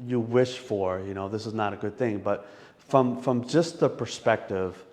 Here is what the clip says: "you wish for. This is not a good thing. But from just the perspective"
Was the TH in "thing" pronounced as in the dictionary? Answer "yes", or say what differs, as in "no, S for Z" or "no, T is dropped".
yes